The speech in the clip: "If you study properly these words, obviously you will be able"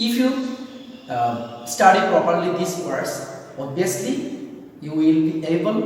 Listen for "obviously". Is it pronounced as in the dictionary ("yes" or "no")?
no